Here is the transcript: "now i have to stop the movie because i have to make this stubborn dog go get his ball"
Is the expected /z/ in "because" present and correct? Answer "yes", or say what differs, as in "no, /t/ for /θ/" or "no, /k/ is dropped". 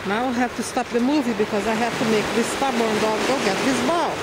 yes